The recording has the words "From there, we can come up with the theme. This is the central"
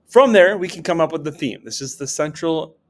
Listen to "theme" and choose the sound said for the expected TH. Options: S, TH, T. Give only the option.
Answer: TH